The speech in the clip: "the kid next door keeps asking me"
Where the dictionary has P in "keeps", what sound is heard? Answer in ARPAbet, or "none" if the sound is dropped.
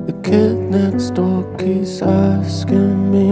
none